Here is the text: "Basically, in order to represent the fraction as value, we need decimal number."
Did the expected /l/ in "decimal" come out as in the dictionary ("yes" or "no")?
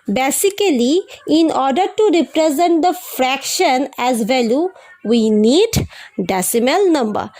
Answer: yes